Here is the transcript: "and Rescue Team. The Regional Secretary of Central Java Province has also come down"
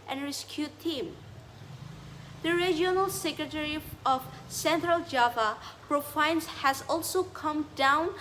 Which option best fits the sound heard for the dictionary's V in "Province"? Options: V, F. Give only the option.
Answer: F